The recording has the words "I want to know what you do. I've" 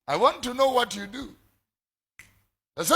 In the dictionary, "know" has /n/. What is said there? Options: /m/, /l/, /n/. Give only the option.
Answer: /n/